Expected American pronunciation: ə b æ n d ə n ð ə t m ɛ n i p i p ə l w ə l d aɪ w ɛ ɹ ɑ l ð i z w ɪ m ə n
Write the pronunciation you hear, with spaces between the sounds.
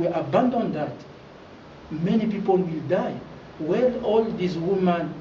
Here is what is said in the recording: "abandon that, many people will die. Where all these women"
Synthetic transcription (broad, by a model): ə b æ n d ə n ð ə t m ɛ n i p i p ə l w ə l d aɪ w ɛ l ɑ l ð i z w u m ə n